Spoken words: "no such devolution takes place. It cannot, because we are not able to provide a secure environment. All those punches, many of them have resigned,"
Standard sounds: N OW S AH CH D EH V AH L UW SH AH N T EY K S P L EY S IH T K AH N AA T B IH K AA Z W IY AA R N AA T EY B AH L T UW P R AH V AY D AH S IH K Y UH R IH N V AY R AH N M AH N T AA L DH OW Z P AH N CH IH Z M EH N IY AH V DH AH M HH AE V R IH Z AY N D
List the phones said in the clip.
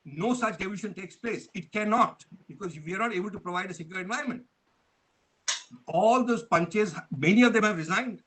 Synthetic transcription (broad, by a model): N OW S AH CH D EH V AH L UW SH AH N T EY K S P L EY S IH T K AH N AA T B IH K AA Z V IY AA R N AA T EY B AH L T UW P R AH V AY D AH S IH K Y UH R IH N V AY R AH N M AH N T AA L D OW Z P AH N CH IH Z M EH N IY AH V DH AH M HH AE V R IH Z AY N D